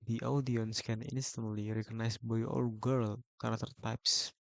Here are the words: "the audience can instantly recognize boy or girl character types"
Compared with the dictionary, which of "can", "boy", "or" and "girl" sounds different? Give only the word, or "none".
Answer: or